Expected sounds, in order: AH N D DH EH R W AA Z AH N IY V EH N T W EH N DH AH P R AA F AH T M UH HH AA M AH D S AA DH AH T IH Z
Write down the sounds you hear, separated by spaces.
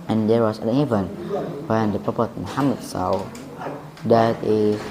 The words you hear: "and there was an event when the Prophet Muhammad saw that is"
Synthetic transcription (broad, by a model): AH N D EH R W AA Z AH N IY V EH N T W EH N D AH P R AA P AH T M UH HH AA M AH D S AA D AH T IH